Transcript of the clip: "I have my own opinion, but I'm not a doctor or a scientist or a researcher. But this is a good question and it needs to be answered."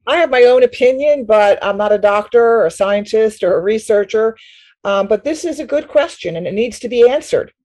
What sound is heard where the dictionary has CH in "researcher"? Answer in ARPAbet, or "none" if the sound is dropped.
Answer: CH